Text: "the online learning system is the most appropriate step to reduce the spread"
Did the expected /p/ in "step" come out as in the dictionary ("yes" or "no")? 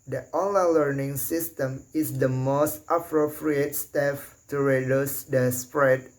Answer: no